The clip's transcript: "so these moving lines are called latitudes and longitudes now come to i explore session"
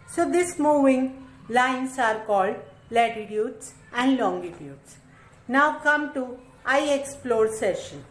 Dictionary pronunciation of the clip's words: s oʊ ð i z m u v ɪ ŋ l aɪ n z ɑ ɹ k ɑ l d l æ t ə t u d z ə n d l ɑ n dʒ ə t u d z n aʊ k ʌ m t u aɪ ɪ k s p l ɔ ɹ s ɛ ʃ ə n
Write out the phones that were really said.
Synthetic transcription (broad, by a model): s oʊ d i s m u v ɪ ŋ l aɪ n s ɑ ɹ k ɑ l d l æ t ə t u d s ə n d l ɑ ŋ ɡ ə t u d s n aʊ k ʌ m t u aɪ ɪ k s p l ɔ ɹ s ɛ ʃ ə n